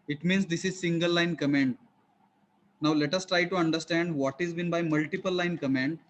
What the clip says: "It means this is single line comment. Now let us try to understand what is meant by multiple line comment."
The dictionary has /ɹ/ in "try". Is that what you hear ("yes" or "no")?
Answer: yes